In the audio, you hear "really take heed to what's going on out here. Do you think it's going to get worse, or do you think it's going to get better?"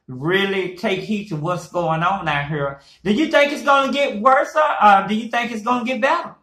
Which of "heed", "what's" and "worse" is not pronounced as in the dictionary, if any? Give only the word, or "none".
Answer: none